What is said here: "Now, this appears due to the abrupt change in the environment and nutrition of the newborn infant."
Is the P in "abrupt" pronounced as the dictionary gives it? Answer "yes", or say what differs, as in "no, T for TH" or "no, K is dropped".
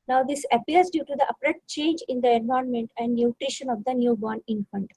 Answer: no, P is dropped